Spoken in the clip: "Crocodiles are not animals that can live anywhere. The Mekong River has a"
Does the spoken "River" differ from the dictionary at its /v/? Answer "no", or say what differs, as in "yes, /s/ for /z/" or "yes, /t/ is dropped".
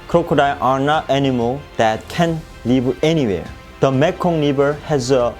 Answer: yes, /b/ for /v/